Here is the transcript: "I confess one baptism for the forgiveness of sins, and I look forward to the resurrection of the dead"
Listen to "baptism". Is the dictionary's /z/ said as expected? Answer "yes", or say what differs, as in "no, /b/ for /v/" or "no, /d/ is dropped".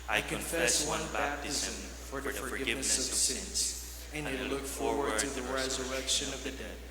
yes